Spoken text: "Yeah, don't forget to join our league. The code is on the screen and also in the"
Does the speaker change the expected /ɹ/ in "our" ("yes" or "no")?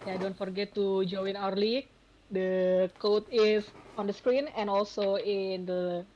no